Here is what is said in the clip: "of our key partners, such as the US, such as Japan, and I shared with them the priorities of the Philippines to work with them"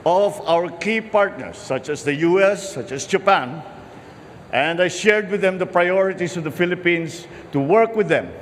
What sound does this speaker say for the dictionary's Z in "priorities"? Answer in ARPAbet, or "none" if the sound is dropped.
S